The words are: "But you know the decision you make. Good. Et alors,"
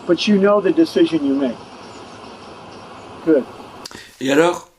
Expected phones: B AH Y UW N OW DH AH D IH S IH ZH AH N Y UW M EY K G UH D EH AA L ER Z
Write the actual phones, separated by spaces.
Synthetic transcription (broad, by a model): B AH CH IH N OW DH AH D IH S IH ZH AH N Y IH M EY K G UH D EH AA L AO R